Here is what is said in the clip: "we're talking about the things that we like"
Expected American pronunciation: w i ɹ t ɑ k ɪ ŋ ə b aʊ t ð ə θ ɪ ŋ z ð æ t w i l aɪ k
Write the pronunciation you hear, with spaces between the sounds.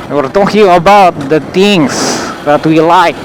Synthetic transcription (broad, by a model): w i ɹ t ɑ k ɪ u ə b aʊ t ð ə t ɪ ŋ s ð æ t w i l aɪ k